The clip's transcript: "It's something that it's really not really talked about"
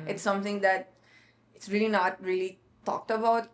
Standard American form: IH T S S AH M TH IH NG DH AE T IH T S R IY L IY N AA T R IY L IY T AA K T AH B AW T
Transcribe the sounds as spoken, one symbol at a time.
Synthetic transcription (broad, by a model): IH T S S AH M T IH NG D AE T IH T S R IY L IY N AA T R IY L IY T AA K T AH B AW T